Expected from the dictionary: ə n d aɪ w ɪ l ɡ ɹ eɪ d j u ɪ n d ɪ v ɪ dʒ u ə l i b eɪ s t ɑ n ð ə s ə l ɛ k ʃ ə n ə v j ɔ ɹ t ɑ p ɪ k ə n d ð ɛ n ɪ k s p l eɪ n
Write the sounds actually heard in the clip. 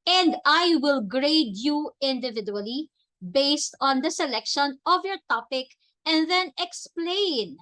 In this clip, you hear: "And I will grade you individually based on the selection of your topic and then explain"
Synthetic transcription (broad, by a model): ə n d aɪ w ɪ l ɡ ɹ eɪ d j u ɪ n d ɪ v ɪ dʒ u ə l i b eɪ s t ɑ n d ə s ə l ɛ k ʃ ə n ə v j ɔ ɹ t ɑ p ɪ k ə n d ð ɛ n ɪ k s p l eɪ n